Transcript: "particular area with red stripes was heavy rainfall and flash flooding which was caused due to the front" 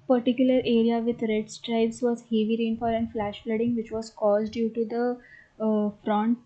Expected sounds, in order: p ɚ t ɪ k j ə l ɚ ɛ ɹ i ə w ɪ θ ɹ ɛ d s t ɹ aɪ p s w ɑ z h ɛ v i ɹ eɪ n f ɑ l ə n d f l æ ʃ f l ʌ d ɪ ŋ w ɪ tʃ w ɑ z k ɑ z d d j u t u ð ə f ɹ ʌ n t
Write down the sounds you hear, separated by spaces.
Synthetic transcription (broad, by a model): p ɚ t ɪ k j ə l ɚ ɛ ɹ i ə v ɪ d ɹ ɛ d s t ɹ aɪ b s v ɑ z h ɛ v i ɹ eɪ n f ɑ l ə n d f l æ ʃ f l ʌ d ɪ ŋ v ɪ tʃ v ɑ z k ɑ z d d j u t u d ə f ɹ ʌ n t